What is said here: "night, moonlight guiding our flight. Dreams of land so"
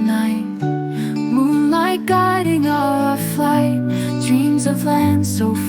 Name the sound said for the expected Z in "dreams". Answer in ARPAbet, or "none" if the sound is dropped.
Z